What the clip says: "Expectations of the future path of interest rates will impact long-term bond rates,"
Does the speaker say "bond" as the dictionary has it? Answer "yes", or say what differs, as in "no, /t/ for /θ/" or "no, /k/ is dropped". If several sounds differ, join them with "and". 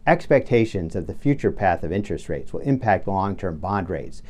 yes